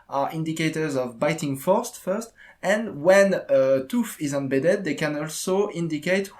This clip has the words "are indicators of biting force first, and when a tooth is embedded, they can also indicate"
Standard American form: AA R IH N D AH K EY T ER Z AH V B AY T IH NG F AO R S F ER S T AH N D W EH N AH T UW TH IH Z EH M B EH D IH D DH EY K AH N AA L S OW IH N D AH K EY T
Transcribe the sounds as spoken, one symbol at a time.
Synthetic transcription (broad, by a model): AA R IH N D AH K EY T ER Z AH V B AY T IH NG F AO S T F ER S T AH N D W EH N AH T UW F IH Z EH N B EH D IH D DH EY K AH N AA L S OW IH N D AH K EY T